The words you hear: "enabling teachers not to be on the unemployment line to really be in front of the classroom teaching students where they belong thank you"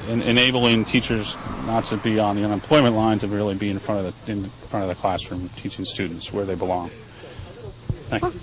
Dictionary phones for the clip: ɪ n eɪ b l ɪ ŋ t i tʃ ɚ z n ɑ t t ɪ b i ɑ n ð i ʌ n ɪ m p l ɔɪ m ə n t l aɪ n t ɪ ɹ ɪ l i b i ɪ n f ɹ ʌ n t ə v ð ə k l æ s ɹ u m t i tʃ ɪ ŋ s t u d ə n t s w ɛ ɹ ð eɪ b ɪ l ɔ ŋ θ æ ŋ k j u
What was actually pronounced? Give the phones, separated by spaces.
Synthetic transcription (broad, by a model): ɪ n eɪ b l ɪ ŋ t i tʃ ɚ z n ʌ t t ɪ b i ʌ n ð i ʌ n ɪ m p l ɔɪ m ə n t l aɪ n t ɪ ɹ ɪ l i b i ɪ n f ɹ ʌ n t ə v ð ə k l æ s ɹ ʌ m t i tʃ ɪ ŋ s t u d n t s w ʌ ɹ ð eɪ b ɪ l ɔ ŋ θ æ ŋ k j